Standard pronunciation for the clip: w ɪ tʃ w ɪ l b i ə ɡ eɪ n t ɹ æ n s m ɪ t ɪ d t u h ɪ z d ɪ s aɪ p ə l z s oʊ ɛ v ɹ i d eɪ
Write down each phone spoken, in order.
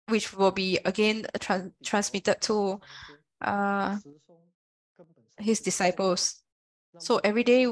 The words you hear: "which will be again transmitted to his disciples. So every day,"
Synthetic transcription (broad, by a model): w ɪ tʃ w ɪ l b i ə ɡ eɪ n t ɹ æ n s m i t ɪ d t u h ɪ s d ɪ s aɪ p ə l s s oʊ ɛ v ɹ i d eɪ